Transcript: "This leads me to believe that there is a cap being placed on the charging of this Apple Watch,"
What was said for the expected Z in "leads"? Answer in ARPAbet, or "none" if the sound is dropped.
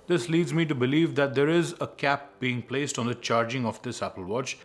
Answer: Z